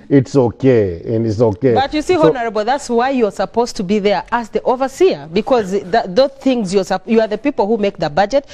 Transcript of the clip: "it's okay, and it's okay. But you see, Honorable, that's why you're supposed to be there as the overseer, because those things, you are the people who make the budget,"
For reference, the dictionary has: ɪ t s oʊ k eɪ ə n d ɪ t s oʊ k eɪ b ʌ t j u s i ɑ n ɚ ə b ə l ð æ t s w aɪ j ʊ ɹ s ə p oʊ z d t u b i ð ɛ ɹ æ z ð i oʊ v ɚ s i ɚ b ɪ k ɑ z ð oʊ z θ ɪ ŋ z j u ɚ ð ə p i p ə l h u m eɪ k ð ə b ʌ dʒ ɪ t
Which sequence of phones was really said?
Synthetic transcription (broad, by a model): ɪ t s oʊ k eɪ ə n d ɪ t s oʊ k eɪ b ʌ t j u s i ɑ n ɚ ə b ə l ð æ t s w aɪ j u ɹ s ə p oʊ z t u b i ð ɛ ɹ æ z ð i oʊ v ɚ s i ɚ b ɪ k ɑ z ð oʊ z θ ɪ ŋ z j u ɚ ð ə p i p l h u m eɪ k ð ə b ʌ dʒ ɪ t